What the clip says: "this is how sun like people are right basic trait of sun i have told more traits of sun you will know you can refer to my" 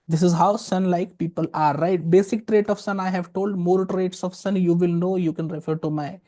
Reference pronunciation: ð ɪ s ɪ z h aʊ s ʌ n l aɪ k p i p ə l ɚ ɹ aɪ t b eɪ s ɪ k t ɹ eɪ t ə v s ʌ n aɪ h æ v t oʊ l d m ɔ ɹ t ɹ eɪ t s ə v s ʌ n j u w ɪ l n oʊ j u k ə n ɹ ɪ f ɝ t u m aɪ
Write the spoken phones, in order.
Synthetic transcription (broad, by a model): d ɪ s ɪ z h aʊ s ʌ n l aɪ k p i p ə l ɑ ɹ aɪ t b eɪ s ɪ k t ɹ eɪ t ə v s ʌ n aɪ h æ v t oʊ l d m ɔ ɹ t ɹ eɪ t s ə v s ʌ n j u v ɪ l n oʊ j u k ə n ɹ ɪ f ɝ t u m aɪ